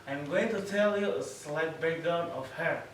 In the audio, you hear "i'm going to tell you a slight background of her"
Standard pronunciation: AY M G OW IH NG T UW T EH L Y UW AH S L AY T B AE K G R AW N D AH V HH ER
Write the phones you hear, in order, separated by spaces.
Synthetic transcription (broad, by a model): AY M G OW IH NG T UW T EH L Y UW AH S L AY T B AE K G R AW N AH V HH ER